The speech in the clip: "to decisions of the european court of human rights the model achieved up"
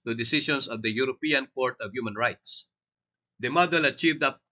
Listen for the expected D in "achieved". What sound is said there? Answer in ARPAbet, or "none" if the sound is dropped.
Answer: D